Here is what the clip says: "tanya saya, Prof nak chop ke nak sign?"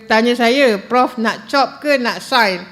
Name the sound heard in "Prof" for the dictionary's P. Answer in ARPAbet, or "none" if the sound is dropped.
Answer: P